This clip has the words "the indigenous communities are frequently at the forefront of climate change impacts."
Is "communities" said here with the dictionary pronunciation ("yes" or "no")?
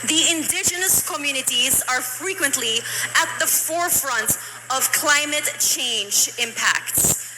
yes